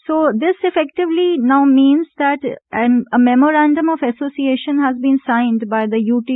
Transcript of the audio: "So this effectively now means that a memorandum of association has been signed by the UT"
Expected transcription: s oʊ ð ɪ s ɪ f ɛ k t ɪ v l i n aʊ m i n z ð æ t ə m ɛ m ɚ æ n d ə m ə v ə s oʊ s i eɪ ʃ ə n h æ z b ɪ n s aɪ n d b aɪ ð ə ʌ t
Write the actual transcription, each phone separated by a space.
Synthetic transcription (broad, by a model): s oʊ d ɪ s ɪ f ɛ k t ɪ v l i n aʊ m i n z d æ t ə m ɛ m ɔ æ n d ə m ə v ə s oʊ s i eɪ ʃ ə n h æ z b ɪ n s aɪ n d b aɪ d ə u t